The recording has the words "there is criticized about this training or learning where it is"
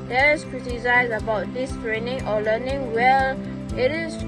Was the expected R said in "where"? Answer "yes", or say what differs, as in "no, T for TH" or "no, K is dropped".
no, L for R